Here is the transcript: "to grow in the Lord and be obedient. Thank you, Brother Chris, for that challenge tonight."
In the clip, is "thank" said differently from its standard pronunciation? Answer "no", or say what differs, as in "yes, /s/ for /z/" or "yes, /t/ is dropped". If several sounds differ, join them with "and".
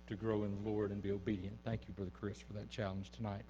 no